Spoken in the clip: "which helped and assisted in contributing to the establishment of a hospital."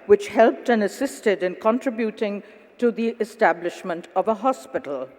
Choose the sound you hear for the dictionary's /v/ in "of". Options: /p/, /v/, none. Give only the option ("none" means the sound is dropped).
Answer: /v/